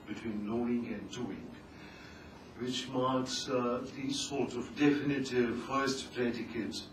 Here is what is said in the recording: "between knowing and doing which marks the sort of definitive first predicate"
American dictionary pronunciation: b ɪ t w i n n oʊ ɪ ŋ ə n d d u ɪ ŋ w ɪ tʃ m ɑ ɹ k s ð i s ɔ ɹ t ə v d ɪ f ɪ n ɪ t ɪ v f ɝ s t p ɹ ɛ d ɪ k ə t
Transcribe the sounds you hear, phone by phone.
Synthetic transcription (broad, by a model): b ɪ t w i n l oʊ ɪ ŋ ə n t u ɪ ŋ w ɪ tʃ m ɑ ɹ k s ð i s ɔ ɹ t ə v d ɪ f ɪ n ɪ t ɪ v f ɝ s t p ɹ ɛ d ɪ k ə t